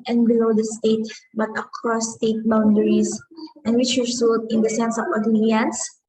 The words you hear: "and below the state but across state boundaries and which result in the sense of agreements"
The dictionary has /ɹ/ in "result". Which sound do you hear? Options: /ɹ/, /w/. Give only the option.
/w/